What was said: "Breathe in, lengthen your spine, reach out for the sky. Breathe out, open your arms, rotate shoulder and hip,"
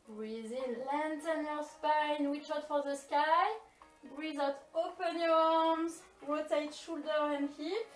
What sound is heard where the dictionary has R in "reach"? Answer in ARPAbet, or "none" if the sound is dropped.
W